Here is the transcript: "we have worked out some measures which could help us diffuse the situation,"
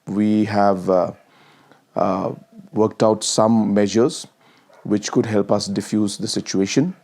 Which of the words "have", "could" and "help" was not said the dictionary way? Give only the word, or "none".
none